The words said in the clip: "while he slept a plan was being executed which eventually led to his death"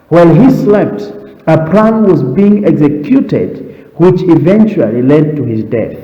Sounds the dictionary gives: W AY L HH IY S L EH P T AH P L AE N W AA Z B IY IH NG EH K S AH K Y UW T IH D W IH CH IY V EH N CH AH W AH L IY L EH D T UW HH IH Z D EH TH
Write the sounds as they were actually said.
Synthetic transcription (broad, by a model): W AY L HH IY S L EH P T AH P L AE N W AA Z B IY IH NG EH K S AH K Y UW T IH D W IH CH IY V EH N CH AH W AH L IY L EH D T UW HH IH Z D EH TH